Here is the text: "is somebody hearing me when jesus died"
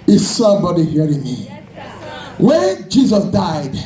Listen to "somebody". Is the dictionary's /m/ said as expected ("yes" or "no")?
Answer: no